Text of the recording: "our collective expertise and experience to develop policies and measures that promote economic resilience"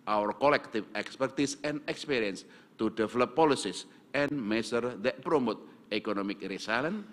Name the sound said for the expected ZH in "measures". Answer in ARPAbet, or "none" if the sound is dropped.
S